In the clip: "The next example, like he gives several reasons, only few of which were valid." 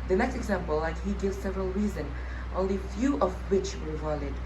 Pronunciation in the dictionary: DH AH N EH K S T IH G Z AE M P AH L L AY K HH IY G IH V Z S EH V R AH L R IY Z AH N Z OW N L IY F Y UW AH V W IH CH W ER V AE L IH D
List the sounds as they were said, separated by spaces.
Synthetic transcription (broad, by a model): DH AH N EH K S T IH G Z AE M P AH L L AY K HH IY G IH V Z S EH V R AH L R IY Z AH N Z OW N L IY F Y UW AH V W IH CH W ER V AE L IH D